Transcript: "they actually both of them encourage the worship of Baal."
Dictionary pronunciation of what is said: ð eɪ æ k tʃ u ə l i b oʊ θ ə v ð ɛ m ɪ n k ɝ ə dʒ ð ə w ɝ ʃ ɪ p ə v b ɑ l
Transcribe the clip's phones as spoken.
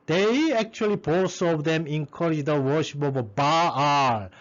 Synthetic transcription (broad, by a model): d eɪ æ k tʃ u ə l i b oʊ s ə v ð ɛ m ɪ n k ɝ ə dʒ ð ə w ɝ ʃ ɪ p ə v b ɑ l